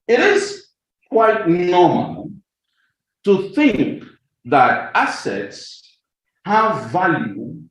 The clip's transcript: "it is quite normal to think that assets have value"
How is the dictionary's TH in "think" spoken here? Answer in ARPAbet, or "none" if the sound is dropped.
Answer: TH